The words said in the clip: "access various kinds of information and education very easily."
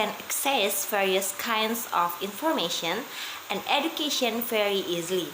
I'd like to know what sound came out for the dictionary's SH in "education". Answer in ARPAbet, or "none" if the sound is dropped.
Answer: SH